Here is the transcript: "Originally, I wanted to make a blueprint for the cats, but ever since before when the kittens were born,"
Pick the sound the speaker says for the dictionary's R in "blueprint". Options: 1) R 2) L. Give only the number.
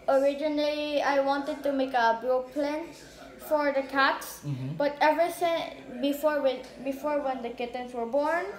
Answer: 2